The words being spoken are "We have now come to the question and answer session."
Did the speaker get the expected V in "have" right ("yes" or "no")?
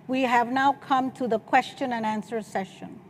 yes